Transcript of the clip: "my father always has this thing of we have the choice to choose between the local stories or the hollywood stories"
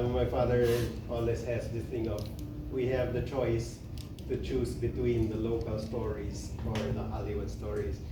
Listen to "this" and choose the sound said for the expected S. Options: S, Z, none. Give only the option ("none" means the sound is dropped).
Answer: none